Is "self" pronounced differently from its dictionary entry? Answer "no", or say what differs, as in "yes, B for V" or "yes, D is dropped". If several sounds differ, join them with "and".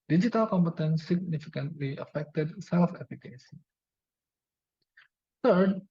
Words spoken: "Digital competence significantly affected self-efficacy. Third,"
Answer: no